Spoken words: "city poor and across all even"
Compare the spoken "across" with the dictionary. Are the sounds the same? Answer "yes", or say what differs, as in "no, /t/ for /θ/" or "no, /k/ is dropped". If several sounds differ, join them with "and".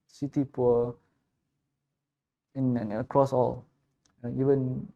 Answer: yes